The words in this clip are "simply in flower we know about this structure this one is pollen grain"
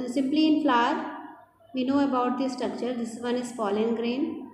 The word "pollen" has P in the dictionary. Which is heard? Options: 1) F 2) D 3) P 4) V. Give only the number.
1